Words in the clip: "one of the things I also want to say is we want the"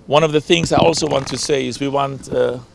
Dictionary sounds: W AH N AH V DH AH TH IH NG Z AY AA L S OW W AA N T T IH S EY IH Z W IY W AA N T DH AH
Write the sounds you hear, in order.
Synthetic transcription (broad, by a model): W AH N AH V DH AH TH IH NG Z AY AA L S OW W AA N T T IH S EY IH Z W IY W AA N T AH